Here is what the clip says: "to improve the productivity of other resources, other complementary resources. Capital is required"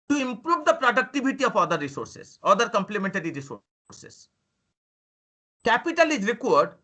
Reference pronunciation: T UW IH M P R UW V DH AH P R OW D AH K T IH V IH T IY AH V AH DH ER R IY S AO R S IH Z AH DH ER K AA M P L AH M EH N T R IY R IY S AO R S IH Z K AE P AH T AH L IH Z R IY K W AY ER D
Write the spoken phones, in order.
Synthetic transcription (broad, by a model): T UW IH M P R UW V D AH P R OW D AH K T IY B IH T IY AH F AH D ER R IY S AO R S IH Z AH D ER K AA M P L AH M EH N T R IY R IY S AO R S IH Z K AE P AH T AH L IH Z R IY K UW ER D